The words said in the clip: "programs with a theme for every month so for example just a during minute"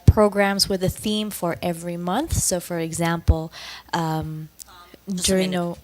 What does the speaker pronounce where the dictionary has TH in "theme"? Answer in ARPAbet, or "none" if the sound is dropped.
TH